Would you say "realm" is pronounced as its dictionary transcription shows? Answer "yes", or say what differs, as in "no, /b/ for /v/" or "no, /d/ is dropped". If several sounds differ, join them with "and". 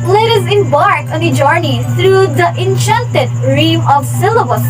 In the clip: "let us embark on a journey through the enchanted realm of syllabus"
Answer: no, /l/ is dropped